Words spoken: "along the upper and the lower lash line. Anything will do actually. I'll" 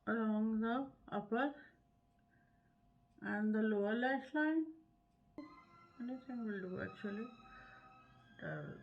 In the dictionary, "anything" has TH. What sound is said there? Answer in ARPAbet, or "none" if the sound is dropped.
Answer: S